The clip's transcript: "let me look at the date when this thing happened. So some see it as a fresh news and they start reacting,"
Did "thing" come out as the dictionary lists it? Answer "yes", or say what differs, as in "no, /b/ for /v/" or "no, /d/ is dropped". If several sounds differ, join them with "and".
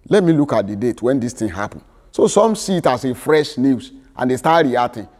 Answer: no, /t/ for /θ/